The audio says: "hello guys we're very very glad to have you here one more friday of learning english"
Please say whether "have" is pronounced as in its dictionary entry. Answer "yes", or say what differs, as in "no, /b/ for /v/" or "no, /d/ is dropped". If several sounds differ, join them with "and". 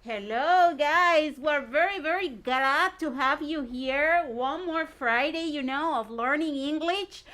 yes